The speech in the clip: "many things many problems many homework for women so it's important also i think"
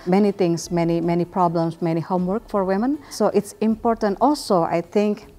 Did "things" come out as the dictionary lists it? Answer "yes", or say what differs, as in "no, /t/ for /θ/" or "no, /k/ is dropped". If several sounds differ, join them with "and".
no, /t/ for /θ/